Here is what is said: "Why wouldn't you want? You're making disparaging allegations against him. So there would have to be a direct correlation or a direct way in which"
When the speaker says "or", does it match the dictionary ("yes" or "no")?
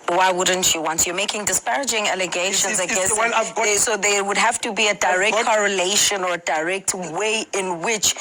yes